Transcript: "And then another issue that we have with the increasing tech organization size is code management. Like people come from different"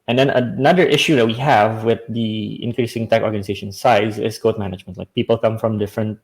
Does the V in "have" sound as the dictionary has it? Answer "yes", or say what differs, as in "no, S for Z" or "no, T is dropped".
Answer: yes